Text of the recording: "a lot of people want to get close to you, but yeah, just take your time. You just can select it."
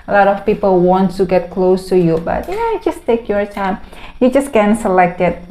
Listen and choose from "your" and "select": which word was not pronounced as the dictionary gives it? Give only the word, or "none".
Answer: none